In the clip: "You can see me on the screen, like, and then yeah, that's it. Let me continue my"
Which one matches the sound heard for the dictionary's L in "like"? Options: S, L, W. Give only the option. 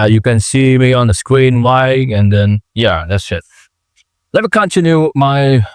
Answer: W